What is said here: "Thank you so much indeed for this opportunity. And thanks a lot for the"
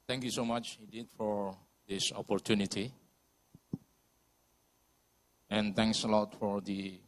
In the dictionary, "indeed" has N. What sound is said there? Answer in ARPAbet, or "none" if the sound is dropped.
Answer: none